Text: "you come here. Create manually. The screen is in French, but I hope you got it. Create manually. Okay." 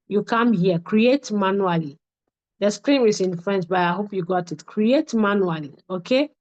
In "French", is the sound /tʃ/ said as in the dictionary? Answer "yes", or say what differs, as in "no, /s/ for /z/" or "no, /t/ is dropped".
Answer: no, /s/ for /tʃ/